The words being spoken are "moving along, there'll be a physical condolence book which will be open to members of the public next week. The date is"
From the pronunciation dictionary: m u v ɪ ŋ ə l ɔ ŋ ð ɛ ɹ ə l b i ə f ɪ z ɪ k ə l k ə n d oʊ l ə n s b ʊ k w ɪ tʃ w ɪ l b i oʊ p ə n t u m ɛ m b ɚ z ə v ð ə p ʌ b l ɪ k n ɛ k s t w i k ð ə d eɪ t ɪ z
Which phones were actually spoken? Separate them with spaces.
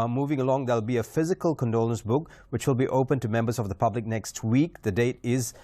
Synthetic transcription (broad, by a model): m u v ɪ ŋ ə l ɔ ŋ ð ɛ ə l b i ə f ɪ z ɪ k ə l k ə n d oʊ l ə n s b ʊ k w ɪ tʃ w ɪ l b i oʊ p ə n t u m ɛ m b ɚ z ə v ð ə p ʌ b l ɪ k n ɛ k s t w i k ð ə d eɪ t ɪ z